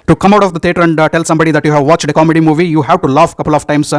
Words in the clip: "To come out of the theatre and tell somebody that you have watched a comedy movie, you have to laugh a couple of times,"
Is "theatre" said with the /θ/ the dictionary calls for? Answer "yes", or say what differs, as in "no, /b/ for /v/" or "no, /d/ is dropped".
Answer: no, /t/ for /θ/